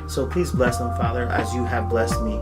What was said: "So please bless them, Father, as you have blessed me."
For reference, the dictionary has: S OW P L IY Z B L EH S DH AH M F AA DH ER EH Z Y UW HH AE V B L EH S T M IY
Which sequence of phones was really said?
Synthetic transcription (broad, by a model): S OW P L IY Z B L EH S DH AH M F AA DH ER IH Z Y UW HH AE V B L EH S T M IY